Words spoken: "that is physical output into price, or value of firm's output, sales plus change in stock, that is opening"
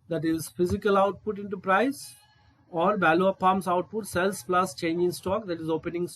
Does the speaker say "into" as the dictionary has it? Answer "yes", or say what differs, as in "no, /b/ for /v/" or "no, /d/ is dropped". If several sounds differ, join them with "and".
yes